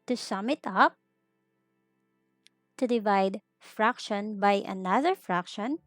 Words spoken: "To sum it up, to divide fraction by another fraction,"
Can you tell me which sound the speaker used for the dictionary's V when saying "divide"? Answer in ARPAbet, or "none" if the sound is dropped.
V